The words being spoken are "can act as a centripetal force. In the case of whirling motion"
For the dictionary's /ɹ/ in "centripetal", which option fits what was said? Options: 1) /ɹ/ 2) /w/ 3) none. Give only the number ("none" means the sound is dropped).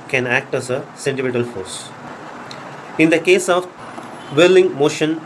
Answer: 3